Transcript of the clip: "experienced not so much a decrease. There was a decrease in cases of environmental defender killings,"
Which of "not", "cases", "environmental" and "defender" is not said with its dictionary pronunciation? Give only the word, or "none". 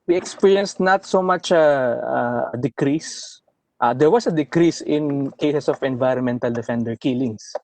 cases